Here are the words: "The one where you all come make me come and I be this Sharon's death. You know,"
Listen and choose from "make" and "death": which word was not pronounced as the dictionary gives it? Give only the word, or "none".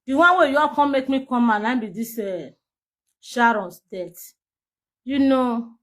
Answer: death